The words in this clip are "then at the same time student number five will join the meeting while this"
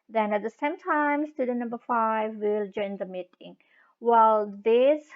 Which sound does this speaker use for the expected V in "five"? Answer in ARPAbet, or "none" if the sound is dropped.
V